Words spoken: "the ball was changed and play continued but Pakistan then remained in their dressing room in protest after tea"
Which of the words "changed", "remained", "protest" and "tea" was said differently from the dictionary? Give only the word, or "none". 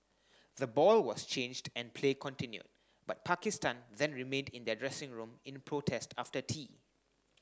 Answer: none